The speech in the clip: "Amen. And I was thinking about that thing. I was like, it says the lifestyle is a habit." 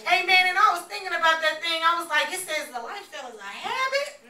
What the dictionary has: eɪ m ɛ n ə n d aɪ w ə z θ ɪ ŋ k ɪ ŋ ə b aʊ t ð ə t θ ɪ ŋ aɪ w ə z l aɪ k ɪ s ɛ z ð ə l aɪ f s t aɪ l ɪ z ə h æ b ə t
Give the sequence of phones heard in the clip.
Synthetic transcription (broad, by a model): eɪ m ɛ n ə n aɪ w ə z θ ɪ ŋ k ɪ ŋ ə b aʊ t ð ə t θ ɪ ŋ aɪ w ə z l aɪ k ɪ s ɛ z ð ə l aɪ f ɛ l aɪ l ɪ ə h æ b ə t